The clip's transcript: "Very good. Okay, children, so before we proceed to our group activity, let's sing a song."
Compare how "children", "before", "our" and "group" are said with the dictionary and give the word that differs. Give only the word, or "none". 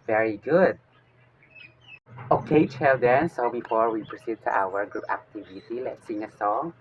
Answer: children